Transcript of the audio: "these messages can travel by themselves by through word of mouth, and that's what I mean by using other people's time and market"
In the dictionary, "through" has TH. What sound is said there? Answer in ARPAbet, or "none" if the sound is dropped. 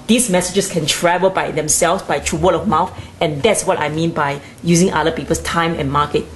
T